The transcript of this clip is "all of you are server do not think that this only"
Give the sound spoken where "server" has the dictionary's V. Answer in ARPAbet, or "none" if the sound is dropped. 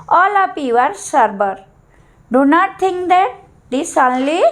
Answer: B